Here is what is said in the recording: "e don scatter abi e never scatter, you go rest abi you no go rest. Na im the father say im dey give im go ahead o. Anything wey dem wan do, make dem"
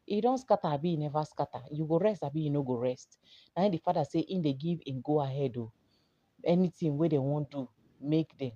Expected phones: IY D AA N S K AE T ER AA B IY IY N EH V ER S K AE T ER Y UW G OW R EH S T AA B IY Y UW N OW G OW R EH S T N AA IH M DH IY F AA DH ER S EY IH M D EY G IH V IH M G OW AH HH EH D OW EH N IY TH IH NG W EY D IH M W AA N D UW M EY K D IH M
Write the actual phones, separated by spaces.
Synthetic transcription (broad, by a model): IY D AA N S K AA T AA B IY IY N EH V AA S K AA T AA Y UW G OW R EH S T AA B IY Y UW N OW G OW R EH S T N AA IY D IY F AA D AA S EY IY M D EY G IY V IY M G OW AH HH EH D OW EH N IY T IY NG W EY D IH W AA N D UW M EY K D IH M